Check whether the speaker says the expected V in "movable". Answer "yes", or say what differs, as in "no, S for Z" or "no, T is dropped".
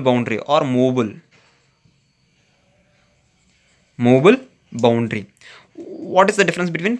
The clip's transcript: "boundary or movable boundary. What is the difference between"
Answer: no, B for V